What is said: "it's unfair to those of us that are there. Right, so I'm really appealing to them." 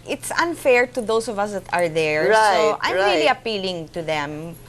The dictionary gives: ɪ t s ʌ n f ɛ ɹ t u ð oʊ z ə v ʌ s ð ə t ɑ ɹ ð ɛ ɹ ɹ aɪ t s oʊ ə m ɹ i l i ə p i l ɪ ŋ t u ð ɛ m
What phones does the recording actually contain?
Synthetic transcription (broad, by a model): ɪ t s ʌ n f ɛ ɹ t u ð oʊ s ə v ʌ s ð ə t ɑ ɹ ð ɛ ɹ ɹ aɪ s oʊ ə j ɹ i l i ə p i l ɪ ŋ t u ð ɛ m